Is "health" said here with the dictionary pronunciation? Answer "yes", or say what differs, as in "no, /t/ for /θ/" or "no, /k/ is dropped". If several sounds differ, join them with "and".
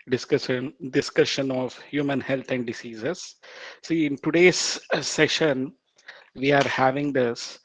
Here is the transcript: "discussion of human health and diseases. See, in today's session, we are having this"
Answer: no, /t/ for /θ/